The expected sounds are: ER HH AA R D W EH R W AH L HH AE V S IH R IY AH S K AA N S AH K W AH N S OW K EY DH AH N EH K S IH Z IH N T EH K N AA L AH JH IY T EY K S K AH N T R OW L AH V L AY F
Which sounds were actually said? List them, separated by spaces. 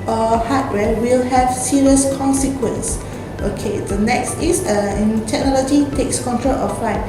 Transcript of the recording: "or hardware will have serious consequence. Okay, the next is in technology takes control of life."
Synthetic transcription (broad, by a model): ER HH AA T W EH W AH L HH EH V S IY R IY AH S K AA N S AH K W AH N S OW K EY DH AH N EH K S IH S IH N T EH K N AA L AH JH IY T EY K S K AH N T R OW L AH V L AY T